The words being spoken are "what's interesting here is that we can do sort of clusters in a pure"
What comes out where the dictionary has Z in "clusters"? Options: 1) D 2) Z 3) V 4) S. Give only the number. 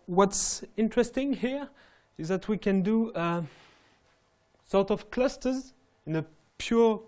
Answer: 2